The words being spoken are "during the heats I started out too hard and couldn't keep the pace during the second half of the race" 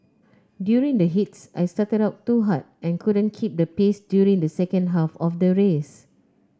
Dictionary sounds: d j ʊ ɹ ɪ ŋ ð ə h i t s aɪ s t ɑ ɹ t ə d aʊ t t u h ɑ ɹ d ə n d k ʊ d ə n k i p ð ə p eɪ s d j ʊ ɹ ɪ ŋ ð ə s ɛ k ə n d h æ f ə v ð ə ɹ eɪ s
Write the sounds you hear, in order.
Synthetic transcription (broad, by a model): d j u ɹ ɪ ŋ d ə h i t s aɪ s t ɑ t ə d aʊ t t u h ɑ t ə n k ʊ d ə n k i p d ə p eɪ s d j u ɹ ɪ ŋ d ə s ɛ k ə n d h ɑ f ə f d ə ɹ eɪ s